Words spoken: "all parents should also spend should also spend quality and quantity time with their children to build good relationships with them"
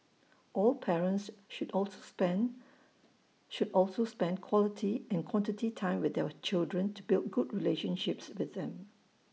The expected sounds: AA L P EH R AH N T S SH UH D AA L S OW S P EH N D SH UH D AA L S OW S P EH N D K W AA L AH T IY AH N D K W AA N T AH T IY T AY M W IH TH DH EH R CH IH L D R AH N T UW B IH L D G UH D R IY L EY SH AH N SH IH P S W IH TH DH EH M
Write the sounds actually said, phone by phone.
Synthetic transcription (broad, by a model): AA L P EH R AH N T S SH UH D AA L S OW S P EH N SH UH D AA L S OW S P EH N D K W AA L AH T IY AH N K W AA N T AH T IY T AY M W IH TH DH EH W CH IH L D R AH N T UW B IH L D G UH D R IY L EY SH AH N SH IH P S W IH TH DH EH M